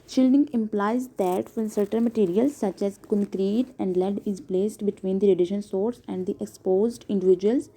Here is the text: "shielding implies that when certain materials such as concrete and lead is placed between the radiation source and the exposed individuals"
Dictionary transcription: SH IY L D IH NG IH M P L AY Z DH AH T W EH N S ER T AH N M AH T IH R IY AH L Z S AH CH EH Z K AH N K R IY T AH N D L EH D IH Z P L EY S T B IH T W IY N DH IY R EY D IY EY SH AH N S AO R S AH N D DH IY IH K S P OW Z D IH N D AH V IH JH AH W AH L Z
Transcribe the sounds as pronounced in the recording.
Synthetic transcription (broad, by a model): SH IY L D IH NG IH M P L AY Z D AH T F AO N S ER T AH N M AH T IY R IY AH L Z S AH CH EH Z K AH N K R IY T AH N D L EH D IH Z P L EY S T B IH T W IY N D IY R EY D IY SH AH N S AO R S AH N D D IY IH K S P OW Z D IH N D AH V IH JH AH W AH L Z